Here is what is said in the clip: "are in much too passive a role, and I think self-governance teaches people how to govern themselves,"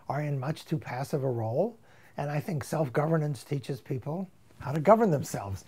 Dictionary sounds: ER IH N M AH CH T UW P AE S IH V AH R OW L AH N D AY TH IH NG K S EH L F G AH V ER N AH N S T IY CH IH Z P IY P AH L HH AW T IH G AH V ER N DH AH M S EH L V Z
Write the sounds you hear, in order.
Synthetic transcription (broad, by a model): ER IH N M AH CH T UW P AE S IH V AH R OW L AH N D AY TH IH NG K S EH L F G AH V ER N AH N S T IY CH IH Z P IY P L HH AW T IH G AH V ER N DH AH M S EH L V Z